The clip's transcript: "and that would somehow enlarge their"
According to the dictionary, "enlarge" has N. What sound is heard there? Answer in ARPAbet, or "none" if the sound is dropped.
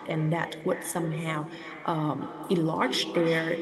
none